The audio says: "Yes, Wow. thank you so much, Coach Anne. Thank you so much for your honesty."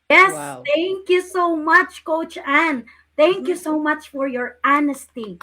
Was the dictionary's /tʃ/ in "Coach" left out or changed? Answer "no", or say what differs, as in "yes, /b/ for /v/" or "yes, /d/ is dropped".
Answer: no